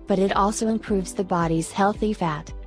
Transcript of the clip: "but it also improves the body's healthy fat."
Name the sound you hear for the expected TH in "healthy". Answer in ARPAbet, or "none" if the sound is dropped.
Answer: TH